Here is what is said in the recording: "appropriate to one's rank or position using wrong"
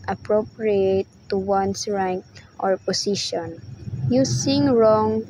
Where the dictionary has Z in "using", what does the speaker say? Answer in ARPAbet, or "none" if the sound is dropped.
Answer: S